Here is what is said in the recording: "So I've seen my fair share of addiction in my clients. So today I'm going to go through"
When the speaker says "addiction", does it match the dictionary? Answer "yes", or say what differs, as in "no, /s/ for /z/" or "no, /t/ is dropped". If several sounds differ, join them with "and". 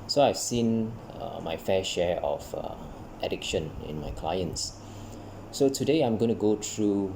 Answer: yes